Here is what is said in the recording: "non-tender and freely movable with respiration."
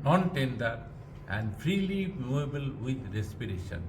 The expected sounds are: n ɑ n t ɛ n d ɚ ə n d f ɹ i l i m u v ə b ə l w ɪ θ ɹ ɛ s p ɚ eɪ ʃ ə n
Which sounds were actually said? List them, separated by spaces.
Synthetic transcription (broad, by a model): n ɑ n t ɛ n d ɚ ə n d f ɹ i l i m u ə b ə l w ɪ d ɹ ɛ s p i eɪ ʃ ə n